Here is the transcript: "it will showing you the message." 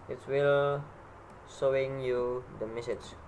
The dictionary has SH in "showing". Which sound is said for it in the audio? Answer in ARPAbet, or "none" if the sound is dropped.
S